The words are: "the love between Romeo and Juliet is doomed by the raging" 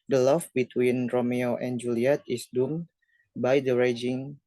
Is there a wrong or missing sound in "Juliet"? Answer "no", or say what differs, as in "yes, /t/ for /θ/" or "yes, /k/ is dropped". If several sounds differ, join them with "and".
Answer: no